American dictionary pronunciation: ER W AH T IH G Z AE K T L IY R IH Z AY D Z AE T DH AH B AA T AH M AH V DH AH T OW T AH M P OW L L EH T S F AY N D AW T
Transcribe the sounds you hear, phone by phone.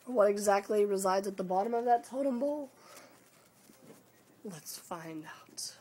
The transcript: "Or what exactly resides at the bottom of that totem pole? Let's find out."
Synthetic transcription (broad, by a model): W AH T IH G Z AE K T L IY R IH Z AY D Z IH T DH AH B AA T AH M AH V DH AH T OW T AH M B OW L L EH T S F AY N D AW T